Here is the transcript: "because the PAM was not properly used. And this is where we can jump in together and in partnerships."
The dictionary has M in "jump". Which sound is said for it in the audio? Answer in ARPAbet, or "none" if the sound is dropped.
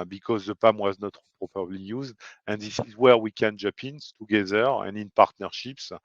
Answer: none